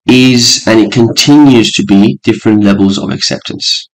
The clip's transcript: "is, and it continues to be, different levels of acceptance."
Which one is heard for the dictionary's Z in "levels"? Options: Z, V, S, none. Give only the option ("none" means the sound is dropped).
Z